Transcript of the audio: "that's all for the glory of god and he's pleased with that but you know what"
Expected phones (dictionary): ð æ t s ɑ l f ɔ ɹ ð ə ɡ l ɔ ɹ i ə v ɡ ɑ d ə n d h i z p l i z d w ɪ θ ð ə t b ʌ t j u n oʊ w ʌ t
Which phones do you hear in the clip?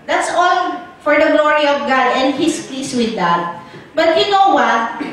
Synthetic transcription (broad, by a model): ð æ t s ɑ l f ɔ ɹ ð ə ɡ l ɔ ɹ i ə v ɡ ɑ d ə n d h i s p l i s w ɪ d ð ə t b ʌ t j u n oʊ w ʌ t